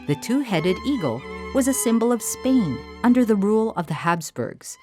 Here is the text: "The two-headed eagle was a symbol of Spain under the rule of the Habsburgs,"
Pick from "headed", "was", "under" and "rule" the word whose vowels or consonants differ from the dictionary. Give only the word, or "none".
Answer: none